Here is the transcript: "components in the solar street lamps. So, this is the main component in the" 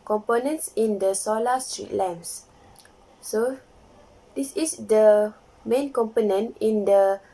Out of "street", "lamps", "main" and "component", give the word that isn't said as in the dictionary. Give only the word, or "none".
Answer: lamps